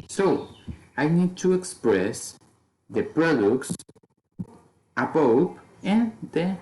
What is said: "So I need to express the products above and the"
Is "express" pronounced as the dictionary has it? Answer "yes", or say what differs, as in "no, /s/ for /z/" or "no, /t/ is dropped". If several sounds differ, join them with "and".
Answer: yes